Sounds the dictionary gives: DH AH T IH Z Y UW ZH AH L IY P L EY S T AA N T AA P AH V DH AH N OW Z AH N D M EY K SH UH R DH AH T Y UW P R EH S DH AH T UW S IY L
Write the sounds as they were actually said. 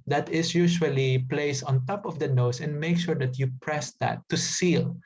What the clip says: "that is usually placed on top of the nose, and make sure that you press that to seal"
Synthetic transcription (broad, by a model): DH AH T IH S Y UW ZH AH L IY P L EY S AA N T AA P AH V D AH N OW S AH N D M EY K SH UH R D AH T Y UW P R EH S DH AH T UW S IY L